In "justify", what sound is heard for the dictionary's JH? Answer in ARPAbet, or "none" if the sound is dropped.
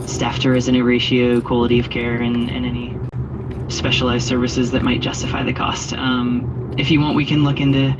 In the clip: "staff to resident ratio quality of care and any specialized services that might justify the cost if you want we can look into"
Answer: ZH